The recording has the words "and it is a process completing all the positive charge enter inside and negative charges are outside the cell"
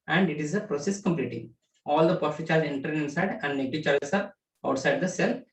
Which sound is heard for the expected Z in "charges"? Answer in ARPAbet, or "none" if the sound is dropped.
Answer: none